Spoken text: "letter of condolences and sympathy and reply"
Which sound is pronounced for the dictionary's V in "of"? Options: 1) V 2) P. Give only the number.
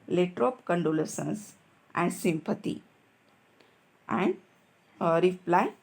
2